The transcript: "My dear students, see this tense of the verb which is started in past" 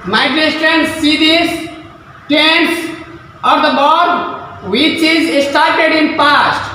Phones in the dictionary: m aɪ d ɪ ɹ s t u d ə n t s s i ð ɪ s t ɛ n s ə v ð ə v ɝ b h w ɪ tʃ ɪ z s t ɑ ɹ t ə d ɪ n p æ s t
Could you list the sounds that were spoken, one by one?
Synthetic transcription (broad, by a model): m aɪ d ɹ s t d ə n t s s i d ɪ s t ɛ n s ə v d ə b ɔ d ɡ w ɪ tʃ ɪ z s t ɑ ɹ t ə d ɪ n p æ s t